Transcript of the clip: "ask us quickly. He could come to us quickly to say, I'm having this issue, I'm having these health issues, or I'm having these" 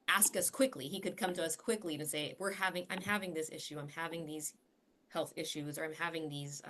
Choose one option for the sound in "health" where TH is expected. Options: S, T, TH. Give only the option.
TH